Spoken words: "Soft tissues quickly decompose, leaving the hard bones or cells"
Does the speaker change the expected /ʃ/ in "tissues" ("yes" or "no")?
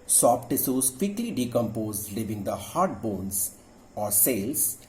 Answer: yes